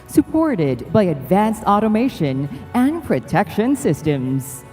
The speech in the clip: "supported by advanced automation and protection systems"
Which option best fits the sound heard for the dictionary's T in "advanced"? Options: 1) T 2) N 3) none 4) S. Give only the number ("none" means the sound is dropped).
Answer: 1